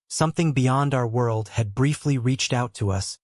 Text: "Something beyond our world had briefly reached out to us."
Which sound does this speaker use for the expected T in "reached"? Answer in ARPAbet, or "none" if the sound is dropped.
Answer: T